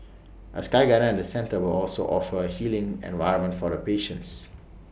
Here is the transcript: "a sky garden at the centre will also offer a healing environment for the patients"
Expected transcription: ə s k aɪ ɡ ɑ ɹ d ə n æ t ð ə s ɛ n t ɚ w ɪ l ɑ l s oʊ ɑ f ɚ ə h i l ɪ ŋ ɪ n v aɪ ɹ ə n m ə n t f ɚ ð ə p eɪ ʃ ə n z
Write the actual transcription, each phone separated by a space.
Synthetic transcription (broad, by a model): ə s k aɪ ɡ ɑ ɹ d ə ɛ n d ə s ɛ n t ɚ w ɪ l ɑ l s oʊ ɑ f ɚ ə h i l ɪ ŋ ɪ n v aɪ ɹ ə m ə n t f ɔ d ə p eɪ ʃ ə n s